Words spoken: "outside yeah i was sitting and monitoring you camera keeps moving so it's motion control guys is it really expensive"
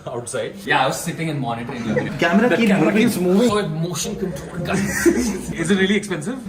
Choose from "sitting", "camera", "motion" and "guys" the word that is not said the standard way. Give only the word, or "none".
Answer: guys